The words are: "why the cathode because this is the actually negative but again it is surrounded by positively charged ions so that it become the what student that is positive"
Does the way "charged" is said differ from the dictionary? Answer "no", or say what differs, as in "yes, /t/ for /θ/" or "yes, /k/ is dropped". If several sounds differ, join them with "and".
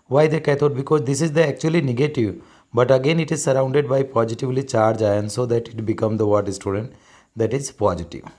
yes, /d/ is dropped